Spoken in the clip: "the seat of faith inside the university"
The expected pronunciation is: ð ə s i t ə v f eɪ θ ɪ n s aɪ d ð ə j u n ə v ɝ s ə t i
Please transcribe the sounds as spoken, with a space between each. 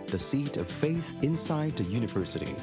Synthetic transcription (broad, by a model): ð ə s i t ə v f eɪ θ ɪ n s aɪ d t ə j u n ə v ɝ s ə t i